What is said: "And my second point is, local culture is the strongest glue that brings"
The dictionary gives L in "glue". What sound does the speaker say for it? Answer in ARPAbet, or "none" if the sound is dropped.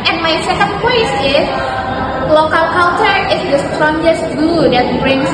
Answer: none